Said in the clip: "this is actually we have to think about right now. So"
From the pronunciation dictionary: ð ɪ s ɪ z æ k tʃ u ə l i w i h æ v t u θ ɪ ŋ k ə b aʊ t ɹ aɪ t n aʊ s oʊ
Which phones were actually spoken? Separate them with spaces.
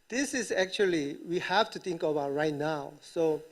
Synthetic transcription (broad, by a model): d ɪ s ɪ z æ k tʃ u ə l i w i h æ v t u t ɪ ŋ k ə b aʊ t ɹ aɪ t n aʊ s oʊ